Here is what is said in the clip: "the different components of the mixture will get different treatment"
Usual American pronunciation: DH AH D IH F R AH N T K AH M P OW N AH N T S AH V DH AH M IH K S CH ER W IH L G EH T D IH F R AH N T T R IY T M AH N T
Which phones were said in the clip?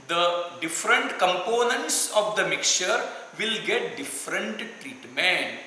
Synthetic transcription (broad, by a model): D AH D IH F R AH N T K AH M P OW N AH N T S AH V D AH M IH K CH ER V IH L G EH T D IH F R AH N T T R IY T M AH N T